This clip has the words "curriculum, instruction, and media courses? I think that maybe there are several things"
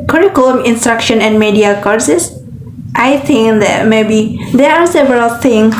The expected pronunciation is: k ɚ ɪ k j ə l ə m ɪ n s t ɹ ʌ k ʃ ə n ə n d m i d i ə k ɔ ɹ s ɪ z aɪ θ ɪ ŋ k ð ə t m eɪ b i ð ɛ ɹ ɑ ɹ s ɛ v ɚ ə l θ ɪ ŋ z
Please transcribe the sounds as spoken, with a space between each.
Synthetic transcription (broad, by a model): k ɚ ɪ k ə l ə m ɪ n s t ɹ ʌ k ʃ ə n ə n d m i d i ə k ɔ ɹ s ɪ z aɪ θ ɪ ŋ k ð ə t m eɪ b i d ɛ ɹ ɑ ɹ s ɛ v ɚ ə l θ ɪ ŋ